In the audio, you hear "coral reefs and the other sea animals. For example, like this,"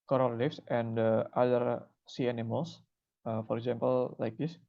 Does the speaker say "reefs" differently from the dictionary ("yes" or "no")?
yes